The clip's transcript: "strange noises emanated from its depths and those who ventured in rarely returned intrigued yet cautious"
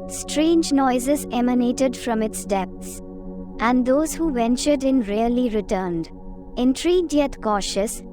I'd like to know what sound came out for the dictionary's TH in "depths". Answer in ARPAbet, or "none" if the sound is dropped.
T